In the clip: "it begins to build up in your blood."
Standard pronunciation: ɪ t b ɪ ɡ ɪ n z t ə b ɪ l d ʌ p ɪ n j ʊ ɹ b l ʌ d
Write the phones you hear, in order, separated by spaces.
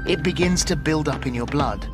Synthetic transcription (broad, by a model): ɪ t b ɪ ɡ ɪ n z t ə b ɪ l d ʌ p ɪ n j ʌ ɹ b l ʌ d